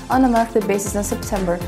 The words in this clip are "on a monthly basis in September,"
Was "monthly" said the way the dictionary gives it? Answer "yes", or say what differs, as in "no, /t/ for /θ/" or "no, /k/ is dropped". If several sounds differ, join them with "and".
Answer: no, /n/ is dropped